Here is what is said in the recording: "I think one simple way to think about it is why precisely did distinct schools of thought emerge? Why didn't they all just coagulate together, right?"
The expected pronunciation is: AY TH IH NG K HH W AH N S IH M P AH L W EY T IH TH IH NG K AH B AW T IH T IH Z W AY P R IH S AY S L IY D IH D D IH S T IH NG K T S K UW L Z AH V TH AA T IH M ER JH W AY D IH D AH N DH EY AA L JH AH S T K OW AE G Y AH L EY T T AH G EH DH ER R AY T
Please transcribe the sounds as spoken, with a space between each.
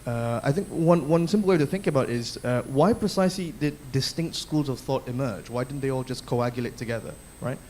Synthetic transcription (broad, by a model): AY TH IH NG K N W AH N S IH M P L W EY T IH TH IH NG K AH B AW T IH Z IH W AY P R IH S AY S L IY D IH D D IH S T IH NG K T S K UW L Z AH V TH AA T IH M ER JH W AY D IH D N DH EY AA L JH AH S K OW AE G Y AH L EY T T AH G EH DH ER R AY T